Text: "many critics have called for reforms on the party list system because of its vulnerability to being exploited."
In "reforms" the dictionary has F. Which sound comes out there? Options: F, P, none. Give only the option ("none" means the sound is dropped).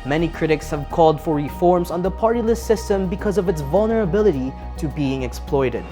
F